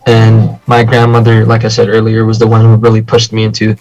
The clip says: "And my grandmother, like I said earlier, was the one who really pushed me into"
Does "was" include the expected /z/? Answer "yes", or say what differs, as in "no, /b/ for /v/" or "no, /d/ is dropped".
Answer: yes